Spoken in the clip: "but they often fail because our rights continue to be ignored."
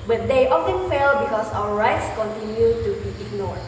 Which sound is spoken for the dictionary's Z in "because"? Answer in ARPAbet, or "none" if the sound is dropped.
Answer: S